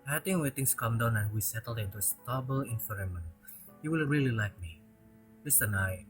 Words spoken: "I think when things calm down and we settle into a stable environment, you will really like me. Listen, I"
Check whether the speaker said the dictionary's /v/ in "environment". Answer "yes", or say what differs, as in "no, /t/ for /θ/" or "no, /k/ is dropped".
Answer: no, /f/ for /v/